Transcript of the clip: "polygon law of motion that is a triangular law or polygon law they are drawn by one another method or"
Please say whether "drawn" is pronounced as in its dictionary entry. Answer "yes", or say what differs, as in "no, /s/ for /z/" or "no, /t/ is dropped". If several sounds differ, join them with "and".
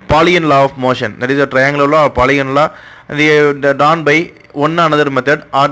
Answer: no, /ɹ/ is dropped